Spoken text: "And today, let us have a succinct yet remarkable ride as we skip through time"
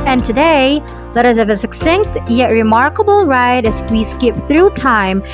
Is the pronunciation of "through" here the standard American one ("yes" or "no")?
yes